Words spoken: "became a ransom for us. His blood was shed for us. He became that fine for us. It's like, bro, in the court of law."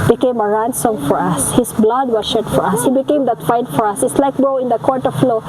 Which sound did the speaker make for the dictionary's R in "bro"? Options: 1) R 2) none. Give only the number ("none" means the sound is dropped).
2